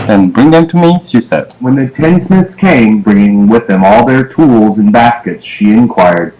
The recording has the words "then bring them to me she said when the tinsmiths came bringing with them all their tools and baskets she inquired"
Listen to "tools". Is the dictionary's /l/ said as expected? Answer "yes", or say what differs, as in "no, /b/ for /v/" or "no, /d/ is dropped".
yes